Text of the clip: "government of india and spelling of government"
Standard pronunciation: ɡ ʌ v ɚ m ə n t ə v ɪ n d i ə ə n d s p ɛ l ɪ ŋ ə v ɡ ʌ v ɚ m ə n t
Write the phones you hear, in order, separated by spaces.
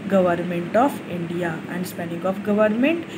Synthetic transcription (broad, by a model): ɡ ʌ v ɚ m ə n t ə f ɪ n d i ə ə n d s p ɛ n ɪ ŋ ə f ɡ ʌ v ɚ m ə n t